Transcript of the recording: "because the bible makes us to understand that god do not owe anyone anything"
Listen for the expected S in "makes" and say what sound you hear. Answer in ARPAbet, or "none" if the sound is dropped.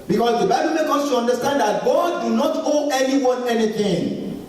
none